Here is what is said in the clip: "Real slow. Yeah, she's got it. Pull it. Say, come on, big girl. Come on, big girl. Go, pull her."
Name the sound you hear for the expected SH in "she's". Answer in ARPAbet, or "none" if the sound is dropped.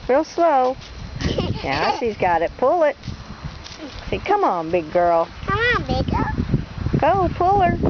S